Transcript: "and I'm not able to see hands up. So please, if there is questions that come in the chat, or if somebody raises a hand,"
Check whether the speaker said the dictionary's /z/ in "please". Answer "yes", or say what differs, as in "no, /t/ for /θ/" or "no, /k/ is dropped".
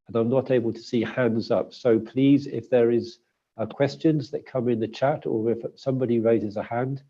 yes